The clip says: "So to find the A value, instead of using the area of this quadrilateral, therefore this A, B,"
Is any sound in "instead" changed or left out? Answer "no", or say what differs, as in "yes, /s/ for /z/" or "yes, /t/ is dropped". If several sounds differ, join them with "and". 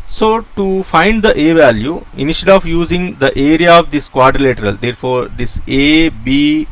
yes, /ʃ/ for /s/ and /d/ is dropped